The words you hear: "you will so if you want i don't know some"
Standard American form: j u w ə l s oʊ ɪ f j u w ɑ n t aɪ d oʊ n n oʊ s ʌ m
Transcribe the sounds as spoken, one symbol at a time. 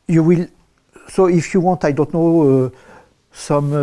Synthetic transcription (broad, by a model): j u w ə l s oʊ ɪ f j u w ɑ n t aɪ d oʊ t n oʊ s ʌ m